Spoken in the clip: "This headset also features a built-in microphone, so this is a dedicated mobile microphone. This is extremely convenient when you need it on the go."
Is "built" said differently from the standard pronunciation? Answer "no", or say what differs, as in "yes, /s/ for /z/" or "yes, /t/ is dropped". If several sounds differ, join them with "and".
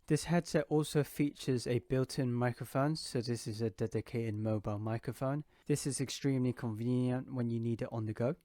no